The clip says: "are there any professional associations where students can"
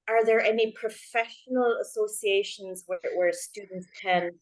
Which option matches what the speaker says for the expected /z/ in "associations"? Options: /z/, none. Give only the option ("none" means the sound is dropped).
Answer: /z/